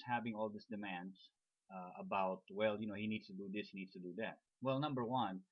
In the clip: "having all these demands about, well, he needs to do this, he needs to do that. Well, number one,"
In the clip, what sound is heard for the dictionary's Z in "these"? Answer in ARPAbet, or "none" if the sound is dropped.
S